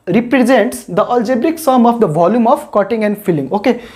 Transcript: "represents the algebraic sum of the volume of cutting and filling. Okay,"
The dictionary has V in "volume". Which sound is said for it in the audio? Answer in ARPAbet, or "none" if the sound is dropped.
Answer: V